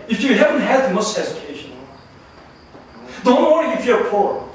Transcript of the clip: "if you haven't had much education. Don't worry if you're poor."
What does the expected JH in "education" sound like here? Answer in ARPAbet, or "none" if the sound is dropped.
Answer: Z